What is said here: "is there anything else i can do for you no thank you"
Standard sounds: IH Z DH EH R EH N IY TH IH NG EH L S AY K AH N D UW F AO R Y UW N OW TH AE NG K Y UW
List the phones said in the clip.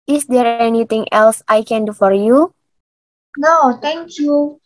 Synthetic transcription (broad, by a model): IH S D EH R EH N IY T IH NG EH L S AY K AH N D UW F AO R Y UW N OW T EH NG K Y UW